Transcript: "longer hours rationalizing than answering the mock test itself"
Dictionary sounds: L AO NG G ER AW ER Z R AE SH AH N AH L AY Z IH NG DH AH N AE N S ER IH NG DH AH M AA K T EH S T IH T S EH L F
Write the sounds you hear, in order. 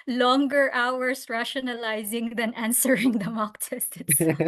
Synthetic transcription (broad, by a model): L AO NG G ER AW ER S R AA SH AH N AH L AY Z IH NG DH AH N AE N S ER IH NG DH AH M AA K T EH S T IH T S